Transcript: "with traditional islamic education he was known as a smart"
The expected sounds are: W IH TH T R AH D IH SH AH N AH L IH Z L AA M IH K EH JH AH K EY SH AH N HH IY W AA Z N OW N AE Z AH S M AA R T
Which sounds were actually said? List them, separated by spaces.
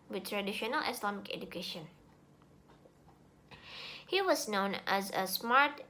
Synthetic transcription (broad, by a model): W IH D T R AH D IH SH AH N AH L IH S L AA M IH K EH JH AH K EY SH AH N HH IY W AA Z N OW N AE Z AH S M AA R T